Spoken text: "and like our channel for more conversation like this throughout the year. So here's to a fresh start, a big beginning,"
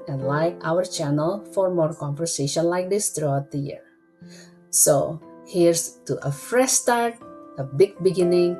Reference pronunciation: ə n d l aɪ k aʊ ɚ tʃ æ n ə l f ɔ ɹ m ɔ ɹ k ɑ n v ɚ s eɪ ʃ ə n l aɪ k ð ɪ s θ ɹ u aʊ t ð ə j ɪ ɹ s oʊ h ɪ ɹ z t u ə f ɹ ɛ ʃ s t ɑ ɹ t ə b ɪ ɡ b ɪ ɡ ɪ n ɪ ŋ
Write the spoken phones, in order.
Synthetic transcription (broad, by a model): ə n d l aɪ k aʊ ɚ tʃ æ n ə l f ɔ ɹ m ɔ ɹ k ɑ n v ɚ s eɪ ʃ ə n l aɪ k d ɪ s t ɹ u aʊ t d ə j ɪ ɹ s oʊ h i ɹ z t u ə f ɹ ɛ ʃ s t ɑ ɹ t ə b ɪ ɡ b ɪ ɡ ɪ n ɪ ŋ